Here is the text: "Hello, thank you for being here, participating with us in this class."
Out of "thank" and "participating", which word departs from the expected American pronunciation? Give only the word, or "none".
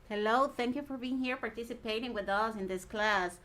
none